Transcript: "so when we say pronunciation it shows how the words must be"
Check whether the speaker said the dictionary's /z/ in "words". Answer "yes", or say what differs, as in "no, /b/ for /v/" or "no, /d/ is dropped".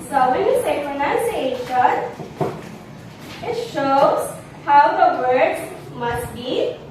no, /z/ is dropped